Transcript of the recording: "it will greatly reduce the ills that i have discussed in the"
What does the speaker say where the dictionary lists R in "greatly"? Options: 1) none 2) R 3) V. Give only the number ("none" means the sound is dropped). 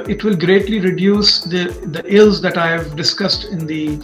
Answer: 2